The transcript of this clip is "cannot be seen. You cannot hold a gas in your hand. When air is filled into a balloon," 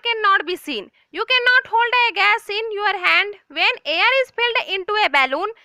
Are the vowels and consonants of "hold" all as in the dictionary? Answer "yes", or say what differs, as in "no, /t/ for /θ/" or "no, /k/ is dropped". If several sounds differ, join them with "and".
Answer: yes